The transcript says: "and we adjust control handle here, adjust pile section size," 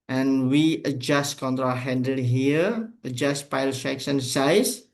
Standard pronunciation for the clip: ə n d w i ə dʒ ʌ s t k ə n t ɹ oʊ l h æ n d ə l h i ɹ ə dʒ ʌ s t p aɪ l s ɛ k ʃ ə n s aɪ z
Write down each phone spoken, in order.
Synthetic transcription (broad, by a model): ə n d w i ə dʒ ʌ s t k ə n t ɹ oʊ h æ n d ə l h i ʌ ə dʒ ʌ s t p aɪ l ʃ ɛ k s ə n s aɪ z